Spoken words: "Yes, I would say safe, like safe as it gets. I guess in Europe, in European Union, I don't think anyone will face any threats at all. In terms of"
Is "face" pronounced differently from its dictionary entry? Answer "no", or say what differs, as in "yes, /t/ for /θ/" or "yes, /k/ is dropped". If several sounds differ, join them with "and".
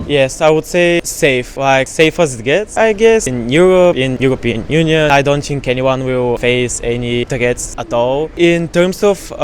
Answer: no